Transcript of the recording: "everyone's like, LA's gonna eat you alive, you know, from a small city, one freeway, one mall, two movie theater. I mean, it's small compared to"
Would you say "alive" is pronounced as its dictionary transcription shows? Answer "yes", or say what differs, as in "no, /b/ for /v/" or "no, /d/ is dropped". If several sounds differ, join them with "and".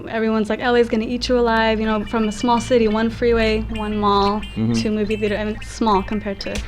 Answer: yes